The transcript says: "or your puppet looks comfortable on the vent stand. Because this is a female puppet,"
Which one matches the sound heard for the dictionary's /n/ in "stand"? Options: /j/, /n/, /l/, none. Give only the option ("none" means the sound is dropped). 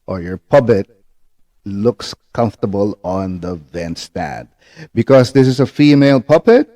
none